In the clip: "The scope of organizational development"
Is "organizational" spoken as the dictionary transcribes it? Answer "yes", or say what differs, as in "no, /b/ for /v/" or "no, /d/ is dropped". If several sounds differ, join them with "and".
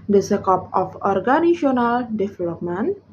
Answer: no, /s/ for /z/ and /ʃ/ is dropped